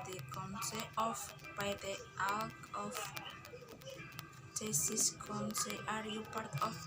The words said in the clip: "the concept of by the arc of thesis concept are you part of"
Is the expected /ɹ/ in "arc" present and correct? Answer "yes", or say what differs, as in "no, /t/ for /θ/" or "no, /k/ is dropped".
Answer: no, /l/ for /ɹ/